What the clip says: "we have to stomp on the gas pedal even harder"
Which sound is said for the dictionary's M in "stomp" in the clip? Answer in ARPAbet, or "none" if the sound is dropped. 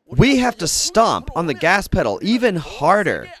M